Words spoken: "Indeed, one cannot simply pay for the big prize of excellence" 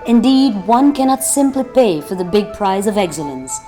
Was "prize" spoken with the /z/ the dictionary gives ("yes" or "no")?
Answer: yes